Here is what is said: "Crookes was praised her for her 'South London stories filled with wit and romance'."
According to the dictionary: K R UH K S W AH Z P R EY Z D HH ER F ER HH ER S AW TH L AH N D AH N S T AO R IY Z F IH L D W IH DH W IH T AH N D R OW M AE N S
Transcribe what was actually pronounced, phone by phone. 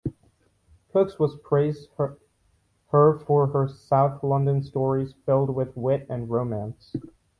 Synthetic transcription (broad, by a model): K UH K S W AH Z P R EY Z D HH ER F ER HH ER S AW TH L AH N D AH N S T AO R IY Z F IH L D W IH DH W IH T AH N R OW M AE N S